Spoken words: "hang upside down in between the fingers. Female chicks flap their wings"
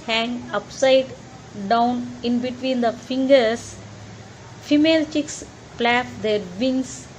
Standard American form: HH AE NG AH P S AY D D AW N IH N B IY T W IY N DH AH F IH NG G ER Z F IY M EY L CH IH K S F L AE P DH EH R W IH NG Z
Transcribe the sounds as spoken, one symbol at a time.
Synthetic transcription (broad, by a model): HH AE NG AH P S AY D D AW N IH N B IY T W IY N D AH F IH NG G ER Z F IY M EY L CH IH K S P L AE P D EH R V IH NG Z